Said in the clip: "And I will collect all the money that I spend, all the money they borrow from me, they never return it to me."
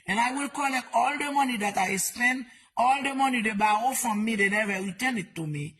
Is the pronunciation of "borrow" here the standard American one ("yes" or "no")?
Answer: no